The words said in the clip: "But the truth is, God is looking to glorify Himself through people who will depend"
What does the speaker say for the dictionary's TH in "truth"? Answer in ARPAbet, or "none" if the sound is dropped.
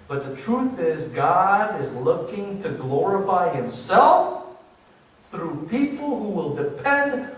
TH